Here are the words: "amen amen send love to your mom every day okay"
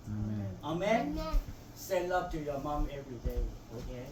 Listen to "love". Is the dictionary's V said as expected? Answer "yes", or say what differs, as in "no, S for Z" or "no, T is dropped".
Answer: no, P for V